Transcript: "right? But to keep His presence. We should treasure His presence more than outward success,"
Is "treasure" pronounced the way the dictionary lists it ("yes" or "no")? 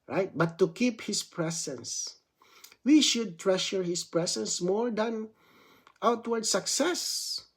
no